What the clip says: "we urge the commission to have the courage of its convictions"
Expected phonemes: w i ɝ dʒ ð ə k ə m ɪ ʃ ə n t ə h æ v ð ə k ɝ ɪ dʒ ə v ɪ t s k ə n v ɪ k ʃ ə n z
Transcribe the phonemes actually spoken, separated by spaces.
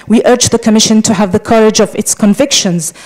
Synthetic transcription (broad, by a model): w i ɝ dʒ ð ə k ə m ɪ ʃ ə n t ə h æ v ð ə k ɝ ɪ dʒ ə v ɪ t s k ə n v ɪ k ʃ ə n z